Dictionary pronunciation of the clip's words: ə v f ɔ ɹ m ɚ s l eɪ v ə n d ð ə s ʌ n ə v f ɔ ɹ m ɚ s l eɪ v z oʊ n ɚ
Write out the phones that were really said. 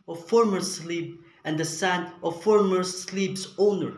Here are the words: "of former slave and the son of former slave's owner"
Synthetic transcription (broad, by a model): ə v f ɔ ɹ m ɚ s l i b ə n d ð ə s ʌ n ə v f ɔ ɹ m ɚ s l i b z oʊ n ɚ